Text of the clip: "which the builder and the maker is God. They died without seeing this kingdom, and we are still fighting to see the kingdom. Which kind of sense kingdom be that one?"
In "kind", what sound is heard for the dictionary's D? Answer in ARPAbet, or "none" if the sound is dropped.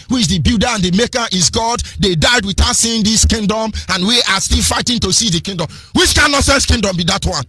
none